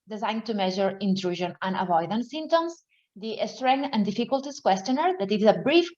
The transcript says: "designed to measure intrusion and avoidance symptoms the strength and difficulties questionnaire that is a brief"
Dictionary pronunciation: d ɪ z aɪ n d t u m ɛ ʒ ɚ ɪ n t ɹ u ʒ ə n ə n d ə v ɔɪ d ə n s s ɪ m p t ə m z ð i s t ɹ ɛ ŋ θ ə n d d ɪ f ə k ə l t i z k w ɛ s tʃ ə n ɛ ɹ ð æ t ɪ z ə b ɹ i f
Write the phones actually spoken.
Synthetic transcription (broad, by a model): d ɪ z aɪ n t u m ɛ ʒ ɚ ɪ n t ɹ u ʒ ə n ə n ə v ɔɪ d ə n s s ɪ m t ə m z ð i s t ɹ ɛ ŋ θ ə n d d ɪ f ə k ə l t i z k w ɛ s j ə n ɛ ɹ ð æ t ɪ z ə b ɹ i f